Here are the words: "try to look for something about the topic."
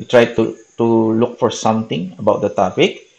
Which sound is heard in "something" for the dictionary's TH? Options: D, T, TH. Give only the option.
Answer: T